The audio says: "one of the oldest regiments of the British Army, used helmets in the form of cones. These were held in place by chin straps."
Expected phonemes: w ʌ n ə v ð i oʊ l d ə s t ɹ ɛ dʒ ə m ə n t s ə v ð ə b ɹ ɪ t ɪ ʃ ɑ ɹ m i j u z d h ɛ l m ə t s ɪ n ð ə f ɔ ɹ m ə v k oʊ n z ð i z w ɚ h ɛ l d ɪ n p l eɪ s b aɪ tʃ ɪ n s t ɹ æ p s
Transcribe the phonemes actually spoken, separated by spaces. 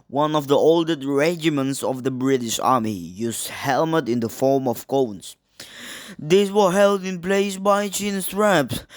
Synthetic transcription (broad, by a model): w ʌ n ə v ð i oʊ l d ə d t ɹ ɛ dʒ ə m ə n t s ə v ð ə b ɹ ɪ t ɪ ʃ ɑ ɹ m i j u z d h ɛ l m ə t ɪ n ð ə f ɔ ɹ m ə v k oʊ n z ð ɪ s w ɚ h ɛ l d ɪ n p l eɪ s b aɪ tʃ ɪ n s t ɹ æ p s